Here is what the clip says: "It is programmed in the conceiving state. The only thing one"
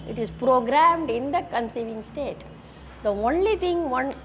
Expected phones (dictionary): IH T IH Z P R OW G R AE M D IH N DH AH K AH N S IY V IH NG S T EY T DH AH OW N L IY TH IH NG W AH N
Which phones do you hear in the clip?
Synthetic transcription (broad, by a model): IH T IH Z P R OW G R AE M D IH N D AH K AH N S IY V IH NG S T EY T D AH OW N L IY T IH NG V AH N